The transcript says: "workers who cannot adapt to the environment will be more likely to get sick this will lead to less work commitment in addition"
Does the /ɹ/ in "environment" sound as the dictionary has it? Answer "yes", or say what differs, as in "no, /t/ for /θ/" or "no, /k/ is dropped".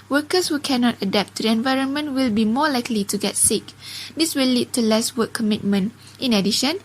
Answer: yes